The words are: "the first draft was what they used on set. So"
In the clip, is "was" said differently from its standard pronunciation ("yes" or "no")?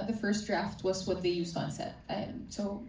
no